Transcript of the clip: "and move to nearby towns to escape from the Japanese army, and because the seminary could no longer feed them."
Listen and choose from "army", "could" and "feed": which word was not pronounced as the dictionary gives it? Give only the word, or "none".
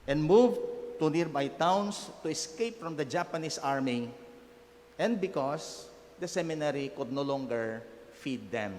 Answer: none